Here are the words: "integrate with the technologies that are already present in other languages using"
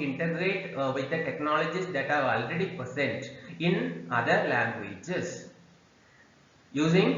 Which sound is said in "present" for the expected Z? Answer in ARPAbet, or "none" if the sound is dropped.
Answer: S